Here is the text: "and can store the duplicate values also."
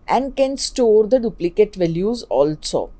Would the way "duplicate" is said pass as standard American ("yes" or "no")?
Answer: yes